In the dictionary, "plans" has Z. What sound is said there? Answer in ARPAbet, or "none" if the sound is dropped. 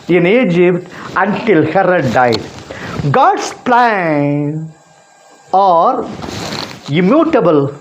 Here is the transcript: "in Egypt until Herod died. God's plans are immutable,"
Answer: none